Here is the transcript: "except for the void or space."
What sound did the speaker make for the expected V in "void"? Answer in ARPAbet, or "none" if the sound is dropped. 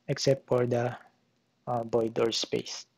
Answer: B